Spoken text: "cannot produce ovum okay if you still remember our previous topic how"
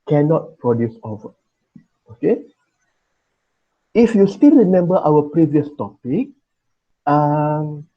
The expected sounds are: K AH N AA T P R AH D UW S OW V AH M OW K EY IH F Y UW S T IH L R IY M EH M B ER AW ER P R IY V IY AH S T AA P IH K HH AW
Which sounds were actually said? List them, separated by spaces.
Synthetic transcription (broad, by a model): K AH N AA T P R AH D UW S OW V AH OW K EY IH F Y UW S T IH L R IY M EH M B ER AW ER P R IY V IY AH S T AA P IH K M